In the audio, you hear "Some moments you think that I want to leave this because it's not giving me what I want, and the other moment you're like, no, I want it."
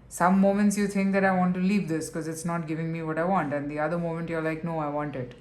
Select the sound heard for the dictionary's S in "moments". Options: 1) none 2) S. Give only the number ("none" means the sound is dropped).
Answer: 2